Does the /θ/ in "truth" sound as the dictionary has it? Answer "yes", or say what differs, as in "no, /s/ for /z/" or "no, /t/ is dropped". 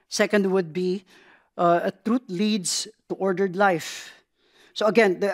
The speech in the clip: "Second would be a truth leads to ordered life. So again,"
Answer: no, /t/ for /θ/